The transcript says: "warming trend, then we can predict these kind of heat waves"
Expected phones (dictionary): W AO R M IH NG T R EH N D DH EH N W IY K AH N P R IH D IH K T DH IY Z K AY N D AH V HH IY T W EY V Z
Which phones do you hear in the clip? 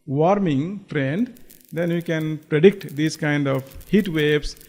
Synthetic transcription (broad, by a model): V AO R M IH NG T R EH N D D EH N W IY K AH N P R IH D IH K T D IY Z K AY N D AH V HH IY T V EY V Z